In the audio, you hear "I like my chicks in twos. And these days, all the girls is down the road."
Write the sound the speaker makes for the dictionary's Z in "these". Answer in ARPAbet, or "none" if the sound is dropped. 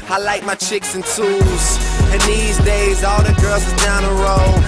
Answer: Z